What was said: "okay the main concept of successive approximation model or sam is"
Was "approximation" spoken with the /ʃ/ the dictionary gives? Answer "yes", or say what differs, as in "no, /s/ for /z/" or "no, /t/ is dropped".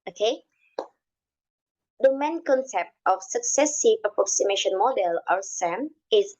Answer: yes